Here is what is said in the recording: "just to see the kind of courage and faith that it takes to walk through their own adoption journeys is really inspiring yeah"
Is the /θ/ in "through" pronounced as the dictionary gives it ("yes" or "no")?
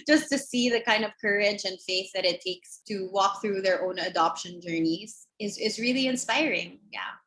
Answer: yes